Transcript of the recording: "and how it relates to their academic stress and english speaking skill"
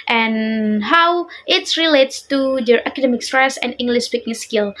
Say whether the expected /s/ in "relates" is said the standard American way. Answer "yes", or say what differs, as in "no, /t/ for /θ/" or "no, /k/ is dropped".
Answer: yes